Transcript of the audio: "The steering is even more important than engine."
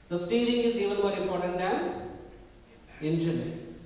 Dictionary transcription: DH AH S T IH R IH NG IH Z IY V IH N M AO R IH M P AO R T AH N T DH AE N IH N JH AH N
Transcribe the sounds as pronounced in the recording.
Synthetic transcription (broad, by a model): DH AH S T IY L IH NG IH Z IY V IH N M AO R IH M P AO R T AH N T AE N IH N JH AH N